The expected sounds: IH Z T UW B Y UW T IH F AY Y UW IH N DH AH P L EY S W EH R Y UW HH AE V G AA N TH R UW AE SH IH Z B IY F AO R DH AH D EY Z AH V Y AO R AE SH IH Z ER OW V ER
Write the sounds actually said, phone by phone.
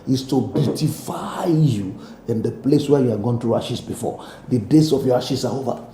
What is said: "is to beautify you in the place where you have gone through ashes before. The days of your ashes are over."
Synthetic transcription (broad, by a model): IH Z T UW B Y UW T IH F AY Y UW IH N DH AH P L EY S W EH Y UW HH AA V G AA N T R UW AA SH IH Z B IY F AO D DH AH D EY S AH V Y AO R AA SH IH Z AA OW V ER